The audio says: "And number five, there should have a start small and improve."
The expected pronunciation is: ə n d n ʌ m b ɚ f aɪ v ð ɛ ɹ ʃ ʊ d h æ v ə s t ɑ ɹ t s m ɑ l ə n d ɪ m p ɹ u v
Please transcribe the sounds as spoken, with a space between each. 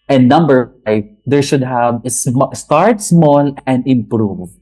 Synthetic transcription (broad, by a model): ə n n ʌ m b ɚ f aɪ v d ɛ ɹ ʃ ʊ d h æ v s s t ɑ ɹ t s m ɑ l ə n d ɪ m p ɹ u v